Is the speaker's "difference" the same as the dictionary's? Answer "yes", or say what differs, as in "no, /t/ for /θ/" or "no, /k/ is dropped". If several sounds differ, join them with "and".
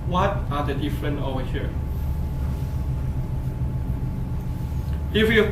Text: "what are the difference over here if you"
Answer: no, /s/ is dropped